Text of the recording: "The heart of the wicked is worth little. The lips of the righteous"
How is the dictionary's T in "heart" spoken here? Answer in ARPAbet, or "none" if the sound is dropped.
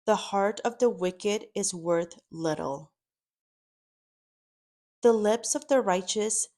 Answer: T